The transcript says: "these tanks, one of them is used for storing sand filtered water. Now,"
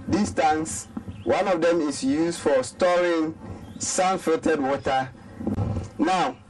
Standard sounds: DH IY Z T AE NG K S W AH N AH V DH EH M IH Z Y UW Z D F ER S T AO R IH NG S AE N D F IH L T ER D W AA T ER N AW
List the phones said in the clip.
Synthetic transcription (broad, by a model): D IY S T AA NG S W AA N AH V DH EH M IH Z Y UW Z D F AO S T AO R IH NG S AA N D F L T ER D W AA T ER N AW